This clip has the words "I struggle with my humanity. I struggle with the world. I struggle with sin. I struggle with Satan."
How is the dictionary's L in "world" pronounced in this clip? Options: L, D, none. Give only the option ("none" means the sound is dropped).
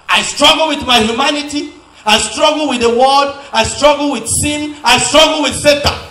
none